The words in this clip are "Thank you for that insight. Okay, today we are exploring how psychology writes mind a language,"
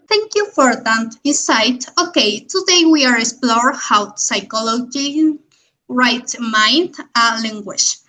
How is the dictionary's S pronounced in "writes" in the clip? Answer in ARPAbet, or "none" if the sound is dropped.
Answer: none